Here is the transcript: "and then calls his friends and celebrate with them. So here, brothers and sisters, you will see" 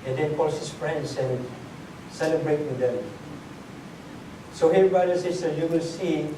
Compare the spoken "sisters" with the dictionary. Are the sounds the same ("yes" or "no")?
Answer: no